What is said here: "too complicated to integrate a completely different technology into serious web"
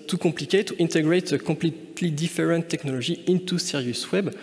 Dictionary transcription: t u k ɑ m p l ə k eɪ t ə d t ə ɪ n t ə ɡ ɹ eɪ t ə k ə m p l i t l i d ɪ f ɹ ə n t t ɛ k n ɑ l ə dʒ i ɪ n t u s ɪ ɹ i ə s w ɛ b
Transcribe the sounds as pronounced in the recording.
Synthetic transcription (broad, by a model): t u k ɑ p l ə k eɪ t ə t ə n t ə ɡ ɹ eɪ t ə k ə p l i t l i d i f ɹ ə n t t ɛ k n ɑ l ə ʒ i ɪ n t u s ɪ ɹ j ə s w ɛ b